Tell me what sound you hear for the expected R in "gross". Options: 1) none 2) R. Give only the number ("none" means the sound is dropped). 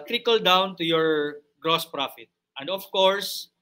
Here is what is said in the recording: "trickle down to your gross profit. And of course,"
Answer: 2